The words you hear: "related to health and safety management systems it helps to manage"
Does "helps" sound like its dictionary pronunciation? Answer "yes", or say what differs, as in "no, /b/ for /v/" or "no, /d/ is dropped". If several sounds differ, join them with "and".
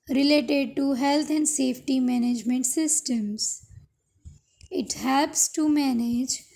no, /l/ is dropped